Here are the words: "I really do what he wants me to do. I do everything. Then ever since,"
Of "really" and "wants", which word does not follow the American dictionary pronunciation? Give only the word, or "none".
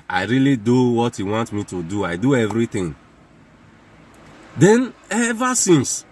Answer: wants